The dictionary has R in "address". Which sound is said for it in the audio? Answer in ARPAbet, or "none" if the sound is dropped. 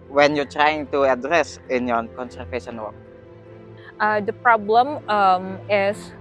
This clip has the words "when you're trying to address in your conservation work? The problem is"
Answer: R